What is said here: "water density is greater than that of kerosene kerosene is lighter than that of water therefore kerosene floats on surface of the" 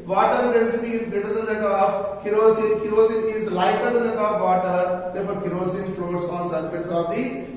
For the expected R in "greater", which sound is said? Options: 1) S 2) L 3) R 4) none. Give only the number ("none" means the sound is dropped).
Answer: 4